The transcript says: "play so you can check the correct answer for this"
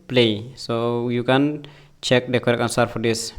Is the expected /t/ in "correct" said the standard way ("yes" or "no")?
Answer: no